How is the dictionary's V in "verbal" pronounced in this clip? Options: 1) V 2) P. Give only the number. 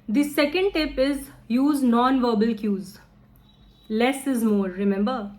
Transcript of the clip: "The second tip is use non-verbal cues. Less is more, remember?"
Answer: 1